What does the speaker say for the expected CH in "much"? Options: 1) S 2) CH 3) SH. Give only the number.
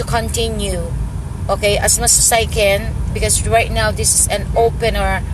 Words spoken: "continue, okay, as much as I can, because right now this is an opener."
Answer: 1